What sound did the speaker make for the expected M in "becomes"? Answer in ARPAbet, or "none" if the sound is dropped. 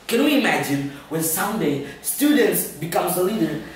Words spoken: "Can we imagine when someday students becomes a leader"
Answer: M